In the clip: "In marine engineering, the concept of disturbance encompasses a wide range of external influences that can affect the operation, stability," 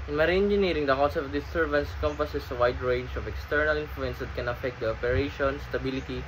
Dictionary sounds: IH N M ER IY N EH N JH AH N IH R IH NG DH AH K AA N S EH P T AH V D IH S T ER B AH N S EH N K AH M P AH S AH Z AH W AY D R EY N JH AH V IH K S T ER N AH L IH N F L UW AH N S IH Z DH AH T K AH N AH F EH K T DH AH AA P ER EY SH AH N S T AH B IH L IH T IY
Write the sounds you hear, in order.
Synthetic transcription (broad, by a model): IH N M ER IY EH N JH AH N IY R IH NG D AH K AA S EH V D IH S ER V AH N S K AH M P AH S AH S AH W AY D R EY N JH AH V IH K S T ER N AH L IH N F L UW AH N S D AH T K AH N AH F EH K T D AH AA P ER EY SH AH N S T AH B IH L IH T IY